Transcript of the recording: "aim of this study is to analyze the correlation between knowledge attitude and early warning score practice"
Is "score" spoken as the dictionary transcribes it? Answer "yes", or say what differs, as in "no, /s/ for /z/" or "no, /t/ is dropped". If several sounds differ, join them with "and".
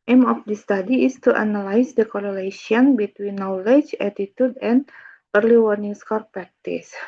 yes